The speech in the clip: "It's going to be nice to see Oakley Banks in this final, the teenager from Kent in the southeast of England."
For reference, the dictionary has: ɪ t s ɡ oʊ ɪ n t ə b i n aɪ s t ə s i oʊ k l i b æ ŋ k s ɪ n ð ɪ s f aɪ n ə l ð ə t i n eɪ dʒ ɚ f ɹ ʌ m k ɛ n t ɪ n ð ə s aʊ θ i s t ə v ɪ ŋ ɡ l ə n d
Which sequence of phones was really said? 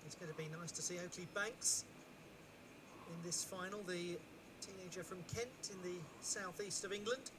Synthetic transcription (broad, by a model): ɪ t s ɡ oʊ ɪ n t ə b i n aɪ s t ə s i oʊ k l i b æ ŋ k s ɪ n ð ɪ s f aɪ n ə l ð ə t i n eɪ dʒ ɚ f ɹ ʌ m k ɛ n t ɪ n ð ə s aʊ θ i s t ə v ɪ ŋ ɡ l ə n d